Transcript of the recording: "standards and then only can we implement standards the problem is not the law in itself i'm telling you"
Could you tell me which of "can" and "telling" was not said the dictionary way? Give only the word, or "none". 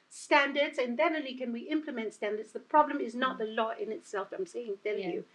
telling